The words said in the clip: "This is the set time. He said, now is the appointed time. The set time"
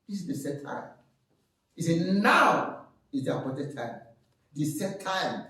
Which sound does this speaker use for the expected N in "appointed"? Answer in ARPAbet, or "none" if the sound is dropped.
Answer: none